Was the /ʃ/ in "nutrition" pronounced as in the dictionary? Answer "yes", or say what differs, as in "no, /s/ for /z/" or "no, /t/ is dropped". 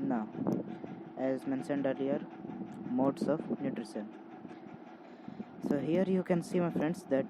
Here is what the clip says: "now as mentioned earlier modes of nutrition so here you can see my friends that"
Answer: no, /s/ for /ʃ/